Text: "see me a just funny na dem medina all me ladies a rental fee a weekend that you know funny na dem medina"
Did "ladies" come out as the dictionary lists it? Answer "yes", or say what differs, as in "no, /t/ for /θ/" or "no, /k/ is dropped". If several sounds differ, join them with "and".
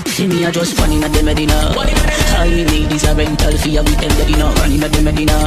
no, /n/ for /l/